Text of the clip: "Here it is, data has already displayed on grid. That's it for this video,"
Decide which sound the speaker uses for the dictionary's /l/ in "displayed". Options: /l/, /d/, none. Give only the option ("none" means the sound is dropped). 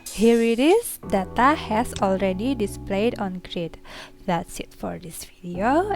/l/